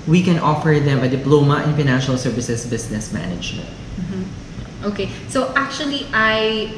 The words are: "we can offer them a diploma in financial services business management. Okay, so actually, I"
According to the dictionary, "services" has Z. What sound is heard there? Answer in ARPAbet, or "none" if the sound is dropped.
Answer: S